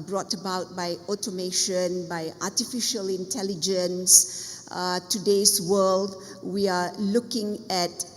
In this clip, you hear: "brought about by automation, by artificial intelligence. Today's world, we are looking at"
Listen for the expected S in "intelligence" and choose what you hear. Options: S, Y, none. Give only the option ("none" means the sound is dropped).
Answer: S